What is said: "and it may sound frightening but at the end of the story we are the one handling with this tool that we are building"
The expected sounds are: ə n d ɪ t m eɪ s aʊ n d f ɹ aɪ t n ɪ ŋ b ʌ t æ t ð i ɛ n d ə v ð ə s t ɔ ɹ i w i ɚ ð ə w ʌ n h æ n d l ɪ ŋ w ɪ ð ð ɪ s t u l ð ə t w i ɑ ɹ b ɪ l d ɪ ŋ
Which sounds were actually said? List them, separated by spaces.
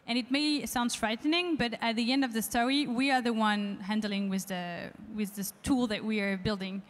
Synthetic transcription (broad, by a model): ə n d ɪ t m eɪ s aʊ n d f ɹ aɪ t n ɪ ŋ b ʌ t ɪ t ð i ɛ n d ə v ð ə s t ɔ ɹ i w i ɚ ð ə w ʌ n h æ n d l ɪ ŋ w ɪ ð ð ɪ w t u l ð ə t w i ɹ b ɪ l d ɪ ŋ